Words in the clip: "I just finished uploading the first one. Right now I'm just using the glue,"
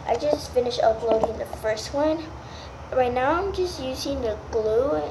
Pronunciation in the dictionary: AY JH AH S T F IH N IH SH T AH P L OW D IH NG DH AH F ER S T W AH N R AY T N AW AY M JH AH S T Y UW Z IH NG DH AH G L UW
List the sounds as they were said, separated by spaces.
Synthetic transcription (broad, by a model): AY JH AH S T F IH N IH SH AH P L OW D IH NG DH AH F ER S T W AH N R AY T N AW AY M JH AH S T Y UW Z IH NG DH AH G L UW